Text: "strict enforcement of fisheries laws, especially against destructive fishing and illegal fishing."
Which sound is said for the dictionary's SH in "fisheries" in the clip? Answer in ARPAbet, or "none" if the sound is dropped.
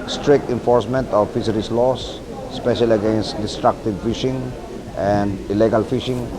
S